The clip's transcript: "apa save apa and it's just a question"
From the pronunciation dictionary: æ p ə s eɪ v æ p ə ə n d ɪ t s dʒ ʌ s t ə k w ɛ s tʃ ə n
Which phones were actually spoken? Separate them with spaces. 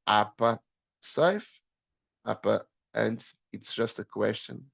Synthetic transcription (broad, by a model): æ p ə s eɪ f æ p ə ə n d ɪ t s dʒ ʌ s t ə k w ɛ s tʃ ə n